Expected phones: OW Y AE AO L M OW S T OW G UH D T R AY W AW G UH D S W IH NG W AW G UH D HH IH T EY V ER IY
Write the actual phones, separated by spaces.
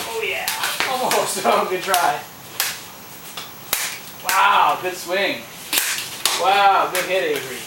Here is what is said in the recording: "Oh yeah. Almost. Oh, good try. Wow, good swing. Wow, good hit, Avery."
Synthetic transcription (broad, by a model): OW Y AE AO M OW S OW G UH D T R AY W AW G UH D S W IH NG W AW G UH D HH IH T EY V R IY